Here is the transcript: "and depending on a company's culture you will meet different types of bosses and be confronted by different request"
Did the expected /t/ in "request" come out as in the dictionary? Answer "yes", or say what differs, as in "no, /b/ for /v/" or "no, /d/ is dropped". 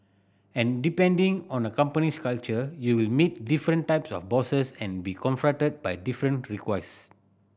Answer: no, /t/ is dropped